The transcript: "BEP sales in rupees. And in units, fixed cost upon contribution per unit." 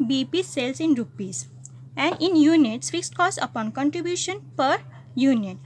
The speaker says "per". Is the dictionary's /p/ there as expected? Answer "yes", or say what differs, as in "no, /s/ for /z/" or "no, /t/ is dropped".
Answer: yes